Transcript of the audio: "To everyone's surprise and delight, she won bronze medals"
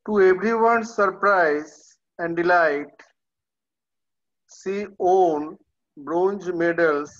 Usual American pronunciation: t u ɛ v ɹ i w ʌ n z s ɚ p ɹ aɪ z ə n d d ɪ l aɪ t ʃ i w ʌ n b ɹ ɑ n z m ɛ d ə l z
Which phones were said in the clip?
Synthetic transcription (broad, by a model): t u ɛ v ɹ i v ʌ n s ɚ p ɹ aɪ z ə n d d ɪ l aɪ t s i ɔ n b ɹ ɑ n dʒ m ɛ d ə l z